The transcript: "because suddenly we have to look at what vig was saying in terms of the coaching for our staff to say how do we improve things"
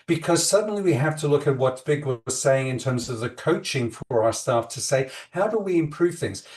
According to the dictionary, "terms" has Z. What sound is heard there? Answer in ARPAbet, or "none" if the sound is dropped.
Z